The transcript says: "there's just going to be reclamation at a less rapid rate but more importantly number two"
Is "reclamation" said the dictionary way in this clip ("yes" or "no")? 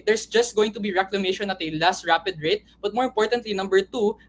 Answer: yes